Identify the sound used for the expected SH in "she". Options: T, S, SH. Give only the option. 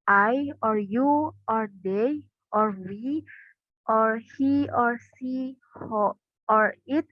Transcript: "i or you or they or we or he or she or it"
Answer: S